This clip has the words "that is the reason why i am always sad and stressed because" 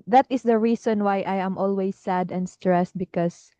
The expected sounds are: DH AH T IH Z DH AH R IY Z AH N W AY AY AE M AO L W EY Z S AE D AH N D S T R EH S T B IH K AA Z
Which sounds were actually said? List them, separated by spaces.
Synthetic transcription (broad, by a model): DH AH T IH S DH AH R IY S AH N W AY AY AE M AO L W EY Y S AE D AH N D S T R EH S T B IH K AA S